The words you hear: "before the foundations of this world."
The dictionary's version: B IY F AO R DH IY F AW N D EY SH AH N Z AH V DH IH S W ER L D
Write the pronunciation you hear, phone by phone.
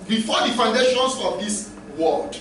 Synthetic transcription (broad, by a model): B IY F AO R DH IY F AW N D EY SH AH N S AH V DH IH S W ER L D